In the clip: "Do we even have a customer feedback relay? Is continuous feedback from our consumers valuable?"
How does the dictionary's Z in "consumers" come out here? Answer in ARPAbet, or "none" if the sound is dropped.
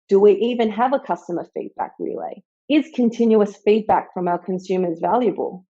Z